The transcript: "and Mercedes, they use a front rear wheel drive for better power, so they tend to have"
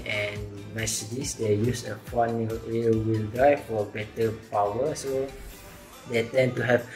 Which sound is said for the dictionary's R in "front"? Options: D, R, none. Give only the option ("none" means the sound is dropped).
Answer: none